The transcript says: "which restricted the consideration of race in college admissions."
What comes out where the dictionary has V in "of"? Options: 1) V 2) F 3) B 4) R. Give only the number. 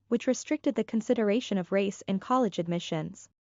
1